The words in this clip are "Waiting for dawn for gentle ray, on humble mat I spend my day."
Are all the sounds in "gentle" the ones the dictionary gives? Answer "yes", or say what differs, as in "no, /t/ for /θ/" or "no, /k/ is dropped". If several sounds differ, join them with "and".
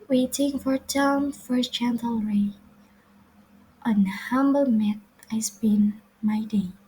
no, /tʃ/ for /dʒ/